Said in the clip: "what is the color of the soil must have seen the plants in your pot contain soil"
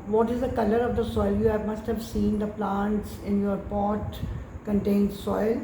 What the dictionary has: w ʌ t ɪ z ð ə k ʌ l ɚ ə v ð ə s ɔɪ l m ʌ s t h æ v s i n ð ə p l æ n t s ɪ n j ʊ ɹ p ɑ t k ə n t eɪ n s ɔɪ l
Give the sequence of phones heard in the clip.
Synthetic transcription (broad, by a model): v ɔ t ɪ z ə k ʌ l ɚ ə v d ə s ɔɪ l m ʌ s t h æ v s i n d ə p l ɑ n t s ɪ n j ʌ ɹ p ɑ t k ə n t eɪ n s ɔɪ l